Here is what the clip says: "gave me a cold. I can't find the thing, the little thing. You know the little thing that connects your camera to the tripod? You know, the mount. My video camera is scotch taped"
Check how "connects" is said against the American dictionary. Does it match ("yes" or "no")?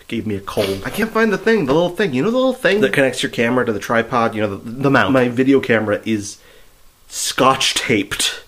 yes